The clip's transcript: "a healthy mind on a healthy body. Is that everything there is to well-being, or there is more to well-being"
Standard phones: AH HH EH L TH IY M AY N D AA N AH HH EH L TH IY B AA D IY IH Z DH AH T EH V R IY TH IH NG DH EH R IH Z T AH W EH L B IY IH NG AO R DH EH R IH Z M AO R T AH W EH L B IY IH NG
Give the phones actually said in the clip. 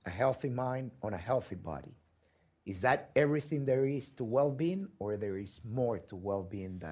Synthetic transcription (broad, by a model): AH HH EH L TH IY M AY N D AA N AH HH EH L TH IY B AA D IY IH Z DH AH T EH V R IY TH IH NG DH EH R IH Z T AH W EH L B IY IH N AO R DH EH R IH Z M AO R T AH W EH L B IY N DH